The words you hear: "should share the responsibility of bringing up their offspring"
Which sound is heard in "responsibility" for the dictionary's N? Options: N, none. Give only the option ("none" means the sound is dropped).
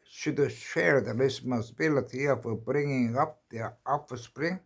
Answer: none